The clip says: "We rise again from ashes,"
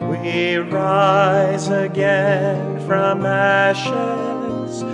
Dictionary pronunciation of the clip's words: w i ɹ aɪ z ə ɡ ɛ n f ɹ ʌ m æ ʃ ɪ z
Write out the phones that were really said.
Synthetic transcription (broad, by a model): w i ɹ aɪ z ə ɡ ɛ n f ɹ ʌ m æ ʃ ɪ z